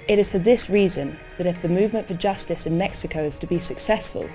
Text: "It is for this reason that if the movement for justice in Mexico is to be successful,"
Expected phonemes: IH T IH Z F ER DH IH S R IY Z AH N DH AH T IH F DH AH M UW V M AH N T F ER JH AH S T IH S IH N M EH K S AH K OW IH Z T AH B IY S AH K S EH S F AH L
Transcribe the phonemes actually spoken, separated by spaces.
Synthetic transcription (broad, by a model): IH T IH Z F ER DH IH S R IY Z AH N DH AH T IH F DH AH M UW V M AH N T F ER JH AH S T IH S IH N M EH K S AH K OW IH Z T AH B IY S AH K S EH S F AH L